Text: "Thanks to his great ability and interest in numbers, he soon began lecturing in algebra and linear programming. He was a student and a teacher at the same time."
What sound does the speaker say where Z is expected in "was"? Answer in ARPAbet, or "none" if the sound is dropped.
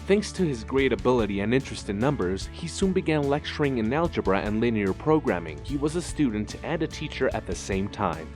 Z